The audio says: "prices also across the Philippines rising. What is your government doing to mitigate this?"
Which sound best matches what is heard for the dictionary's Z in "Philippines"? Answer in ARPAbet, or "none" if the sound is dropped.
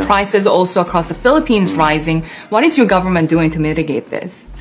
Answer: Z